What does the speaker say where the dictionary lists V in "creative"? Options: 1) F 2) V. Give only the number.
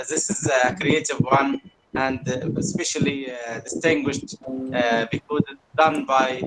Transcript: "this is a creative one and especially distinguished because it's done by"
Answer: 2